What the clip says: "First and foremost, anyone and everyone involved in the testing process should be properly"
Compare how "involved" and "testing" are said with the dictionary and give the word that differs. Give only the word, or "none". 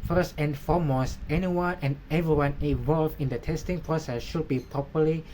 involved